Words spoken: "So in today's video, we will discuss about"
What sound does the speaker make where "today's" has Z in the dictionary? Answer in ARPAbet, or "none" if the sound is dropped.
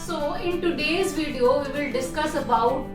Z